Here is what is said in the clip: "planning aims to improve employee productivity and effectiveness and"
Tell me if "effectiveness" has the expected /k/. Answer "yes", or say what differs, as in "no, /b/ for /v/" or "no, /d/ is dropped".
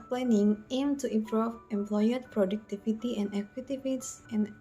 no, /k/ is dropped